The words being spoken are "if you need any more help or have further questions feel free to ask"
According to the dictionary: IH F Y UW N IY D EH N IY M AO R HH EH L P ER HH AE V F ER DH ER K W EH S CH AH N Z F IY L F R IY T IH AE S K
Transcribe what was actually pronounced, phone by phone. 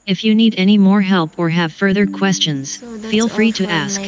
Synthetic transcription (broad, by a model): IH F Y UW N IY D EH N IY M AO R HH EH L P ER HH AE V F ER DH ER K W EH S CH AH N Z F IY L F R IY T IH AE S K